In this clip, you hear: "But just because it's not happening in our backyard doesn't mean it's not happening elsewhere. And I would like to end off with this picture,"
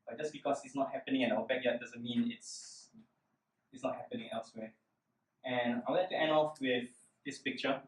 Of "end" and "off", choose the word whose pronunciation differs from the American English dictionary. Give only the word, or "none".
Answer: end